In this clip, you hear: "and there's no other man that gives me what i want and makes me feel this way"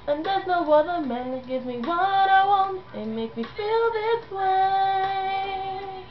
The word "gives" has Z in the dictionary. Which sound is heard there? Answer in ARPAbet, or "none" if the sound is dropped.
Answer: none